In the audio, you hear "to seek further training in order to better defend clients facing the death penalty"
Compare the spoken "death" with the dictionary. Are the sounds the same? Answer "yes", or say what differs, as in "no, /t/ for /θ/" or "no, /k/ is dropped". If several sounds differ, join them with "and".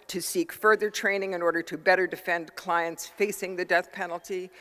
yes